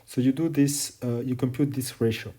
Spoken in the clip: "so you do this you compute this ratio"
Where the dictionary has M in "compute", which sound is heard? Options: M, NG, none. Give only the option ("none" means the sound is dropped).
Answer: M